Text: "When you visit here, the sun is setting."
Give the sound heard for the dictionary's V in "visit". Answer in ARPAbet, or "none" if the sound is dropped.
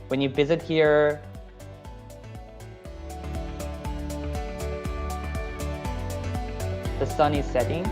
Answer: V